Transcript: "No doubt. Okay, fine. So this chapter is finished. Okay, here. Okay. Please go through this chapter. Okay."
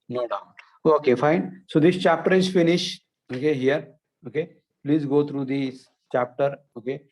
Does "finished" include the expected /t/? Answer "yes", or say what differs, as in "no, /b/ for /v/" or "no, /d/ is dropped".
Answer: no, /t/ is dropped